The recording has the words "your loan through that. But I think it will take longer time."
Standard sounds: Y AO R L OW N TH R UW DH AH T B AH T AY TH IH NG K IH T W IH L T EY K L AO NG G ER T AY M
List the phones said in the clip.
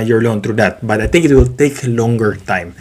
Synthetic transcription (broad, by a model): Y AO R L OW N T R UW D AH T B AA T AY T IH NG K IH T W IH L T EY K L AO NG G ER T AY M